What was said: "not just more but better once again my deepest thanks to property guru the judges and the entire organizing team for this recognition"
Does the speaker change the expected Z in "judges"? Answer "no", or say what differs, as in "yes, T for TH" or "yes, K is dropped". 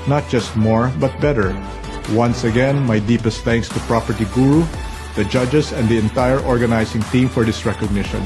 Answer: yes, S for Z